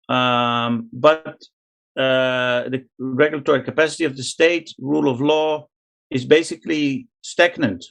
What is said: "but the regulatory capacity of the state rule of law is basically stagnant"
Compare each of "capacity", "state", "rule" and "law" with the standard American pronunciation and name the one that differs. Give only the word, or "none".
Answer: none